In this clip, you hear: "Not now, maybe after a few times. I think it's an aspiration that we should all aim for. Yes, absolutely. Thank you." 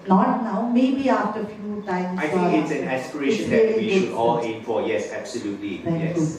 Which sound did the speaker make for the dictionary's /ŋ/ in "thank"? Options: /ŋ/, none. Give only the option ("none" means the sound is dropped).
none